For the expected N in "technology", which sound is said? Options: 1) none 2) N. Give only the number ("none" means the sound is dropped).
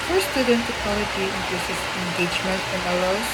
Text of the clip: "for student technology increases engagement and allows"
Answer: 1